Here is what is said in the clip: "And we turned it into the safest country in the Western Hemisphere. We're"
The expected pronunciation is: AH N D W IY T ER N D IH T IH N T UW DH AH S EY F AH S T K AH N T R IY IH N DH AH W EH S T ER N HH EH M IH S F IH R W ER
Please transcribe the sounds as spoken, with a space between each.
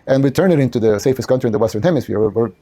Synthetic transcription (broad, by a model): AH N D W IY T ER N IH T IH N T UW DH AH S EY F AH S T K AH N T R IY N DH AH W EH S T ER N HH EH M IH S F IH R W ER